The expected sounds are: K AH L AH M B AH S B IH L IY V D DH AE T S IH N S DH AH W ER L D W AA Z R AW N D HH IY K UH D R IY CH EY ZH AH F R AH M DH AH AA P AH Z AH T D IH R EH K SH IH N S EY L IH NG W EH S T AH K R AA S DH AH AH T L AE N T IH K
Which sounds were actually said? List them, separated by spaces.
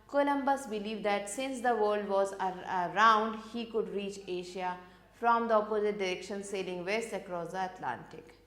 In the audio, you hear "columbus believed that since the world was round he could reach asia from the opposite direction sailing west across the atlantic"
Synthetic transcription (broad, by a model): K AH L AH M B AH S B IH L IY V D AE T S IH N S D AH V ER L D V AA Z R AW N D HH IY K UH D R IY CH EY SH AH F R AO M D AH AA P AH Z AH T D IH R EH K SH IH N S EY L IH NG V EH S T AH K R AA S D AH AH T L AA N T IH K